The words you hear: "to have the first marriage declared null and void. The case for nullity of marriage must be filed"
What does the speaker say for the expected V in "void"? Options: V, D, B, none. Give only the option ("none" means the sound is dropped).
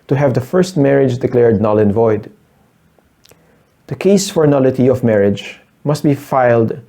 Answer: V